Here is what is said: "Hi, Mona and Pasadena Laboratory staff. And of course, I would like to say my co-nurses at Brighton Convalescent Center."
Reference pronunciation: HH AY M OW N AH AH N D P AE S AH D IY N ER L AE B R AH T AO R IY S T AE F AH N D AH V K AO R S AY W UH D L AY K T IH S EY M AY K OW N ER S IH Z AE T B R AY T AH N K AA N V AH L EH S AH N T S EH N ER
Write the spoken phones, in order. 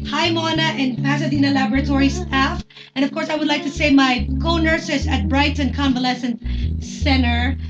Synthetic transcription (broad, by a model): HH AY M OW N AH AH N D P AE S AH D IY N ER L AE B R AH T AO R IY S T AE F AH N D AH V K AO R S AY W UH D L AY K T IH S EY M AY K OW N ER S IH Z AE T B R AY T AH N K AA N V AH L EH S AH N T S EH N ER